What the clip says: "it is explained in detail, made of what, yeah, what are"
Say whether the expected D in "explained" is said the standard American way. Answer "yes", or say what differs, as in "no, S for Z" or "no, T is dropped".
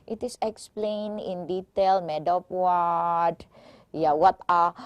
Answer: no, D is dropped